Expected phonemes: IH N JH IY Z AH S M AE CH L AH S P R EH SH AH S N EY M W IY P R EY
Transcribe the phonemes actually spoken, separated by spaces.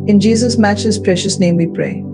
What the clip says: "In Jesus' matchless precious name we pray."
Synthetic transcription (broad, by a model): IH N JH IY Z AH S M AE CH AH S P R EH SH AH S N EY M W IY P R EY